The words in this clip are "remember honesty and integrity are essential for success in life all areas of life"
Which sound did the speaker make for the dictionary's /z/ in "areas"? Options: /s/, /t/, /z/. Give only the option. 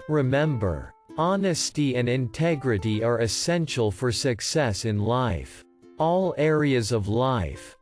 /z/